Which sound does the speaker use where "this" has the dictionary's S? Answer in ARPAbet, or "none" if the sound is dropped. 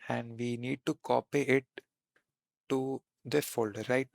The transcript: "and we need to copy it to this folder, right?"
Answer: none